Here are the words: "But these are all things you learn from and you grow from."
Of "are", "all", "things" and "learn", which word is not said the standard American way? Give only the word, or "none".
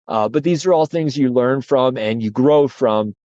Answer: none